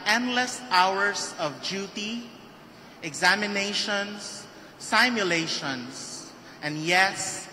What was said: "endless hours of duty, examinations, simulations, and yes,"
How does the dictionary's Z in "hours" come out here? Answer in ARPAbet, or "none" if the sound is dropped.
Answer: S